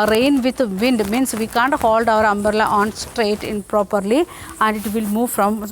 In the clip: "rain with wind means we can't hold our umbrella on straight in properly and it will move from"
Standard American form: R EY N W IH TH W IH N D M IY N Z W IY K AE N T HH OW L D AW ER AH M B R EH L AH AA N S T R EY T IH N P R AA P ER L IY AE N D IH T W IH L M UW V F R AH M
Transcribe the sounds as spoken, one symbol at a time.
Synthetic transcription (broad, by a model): R EY N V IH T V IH N D M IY N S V IY K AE N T HH OW L D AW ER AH M B R L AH AA N S T R EY T IH N P R AA P ER L IY AE N D IH T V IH L M UW V F R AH M